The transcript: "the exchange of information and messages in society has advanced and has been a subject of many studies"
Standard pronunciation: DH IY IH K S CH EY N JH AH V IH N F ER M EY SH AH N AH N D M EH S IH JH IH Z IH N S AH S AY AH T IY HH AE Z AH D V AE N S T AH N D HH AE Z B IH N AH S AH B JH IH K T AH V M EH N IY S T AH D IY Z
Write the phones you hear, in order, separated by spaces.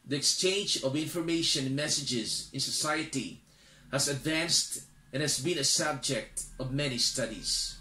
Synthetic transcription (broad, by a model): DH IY IH K S CH EY N JH AH V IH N F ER M EY AH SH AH N M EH S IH JH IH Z IH N S AH S AY AH T IY HH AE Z AH D V AE N S T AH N HH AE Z B IH N AH S AH B JH IH K T AH V M EH N IY S T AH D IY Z